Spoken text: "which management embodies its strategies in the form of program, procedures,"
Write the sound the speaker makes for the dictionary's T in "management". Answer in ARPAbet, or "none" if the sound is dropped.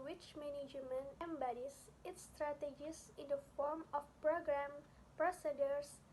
none